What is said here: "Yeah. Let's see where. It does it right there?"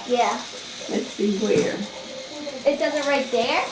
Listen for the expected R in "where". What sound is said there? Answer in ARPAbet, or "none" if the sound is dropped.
R